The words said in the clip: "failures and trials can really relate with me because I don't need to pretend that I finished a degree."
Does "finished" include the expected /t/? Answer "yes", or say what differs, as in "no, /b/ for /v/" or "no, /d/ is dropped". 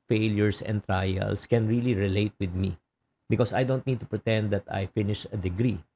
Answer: no, /t/ is dropped